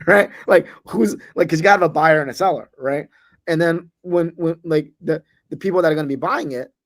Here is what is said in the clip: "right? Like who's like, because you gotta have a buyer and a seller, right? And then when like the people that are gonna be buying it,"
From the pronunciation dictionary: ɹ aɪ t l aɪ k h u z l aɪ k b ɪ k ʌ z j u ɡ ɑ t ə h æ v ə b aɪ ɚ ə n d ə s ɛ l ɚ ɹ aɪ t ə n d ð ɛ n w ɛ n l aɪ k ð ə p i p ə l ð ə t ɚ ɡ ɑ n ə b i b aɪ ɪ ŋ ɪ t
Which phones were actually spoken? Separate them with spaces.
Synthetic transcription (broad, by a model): ɹ aɪ t l aɪ k h u z l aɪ ɪ k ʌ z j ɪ ɡ ɑ t ə v ə b aɪ ɚ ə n ə s ɛ l ɚ ɹ aɪ t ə n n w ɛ n w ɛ n l aɪ k ð ə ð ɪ p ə l ð ə t ɚ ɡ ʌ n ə b i b aɪ ɪ ŋ ɪ t